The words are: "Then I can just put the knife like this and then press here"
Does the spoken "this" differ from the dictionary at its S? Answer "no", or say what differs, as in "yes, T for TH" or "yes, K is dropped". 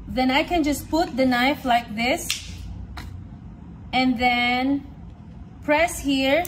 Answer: no